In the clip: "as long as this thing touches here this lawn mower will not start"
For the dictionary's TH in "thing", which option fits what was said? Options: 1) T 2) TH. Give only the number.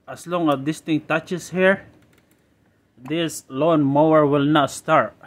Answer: 1